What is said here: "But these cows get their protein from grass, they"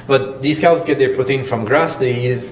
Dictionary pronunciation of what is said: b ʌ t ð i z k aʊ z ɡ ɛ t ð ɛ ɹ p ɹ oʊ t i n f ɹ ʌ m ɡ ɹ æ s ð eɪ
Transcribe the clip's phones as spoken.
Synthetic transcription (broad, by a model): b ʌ t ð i s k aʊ s ɡ ɛ t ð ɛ ɹ p ʊ t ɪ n f ɹ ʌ m ɡ ɹ æ s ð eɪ